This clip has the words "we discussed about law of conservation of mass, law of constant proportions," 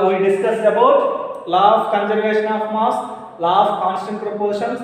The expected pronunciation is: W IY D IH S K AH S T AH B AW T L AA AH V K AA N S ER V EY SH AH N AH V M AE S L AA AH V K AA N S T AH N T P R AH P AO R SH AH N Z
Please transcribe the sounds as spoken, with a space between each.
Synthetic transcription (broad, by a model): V IY D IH S K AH S AH B AW T L AA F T K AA N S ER V EY SH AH N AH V M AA S L AA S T K AA N S T AH N T P R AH P AO R SH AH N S